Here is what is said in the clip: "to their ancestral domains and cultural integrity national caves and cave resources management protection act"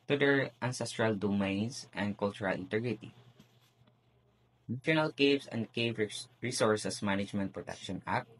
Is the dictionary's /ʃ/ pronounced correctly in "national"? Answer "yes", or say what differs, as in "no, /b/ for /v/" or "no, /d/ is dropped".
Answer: no, /ʃ/ is dropped